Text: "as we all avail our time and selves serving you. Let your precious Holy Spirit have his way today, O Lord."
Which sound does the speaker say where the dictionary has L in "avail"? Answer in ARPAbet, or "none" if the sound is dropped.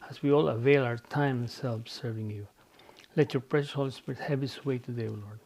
L